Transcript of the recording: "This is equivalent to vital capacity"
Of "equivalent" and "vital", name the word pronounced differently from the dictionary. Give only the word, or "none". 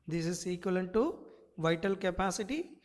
equivalent